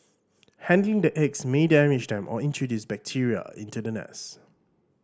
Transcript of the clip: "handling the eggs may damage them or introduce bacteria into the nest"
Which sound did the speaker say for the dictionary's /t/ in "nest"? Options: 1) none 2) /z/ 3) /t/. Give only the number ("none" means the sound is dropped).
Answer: 1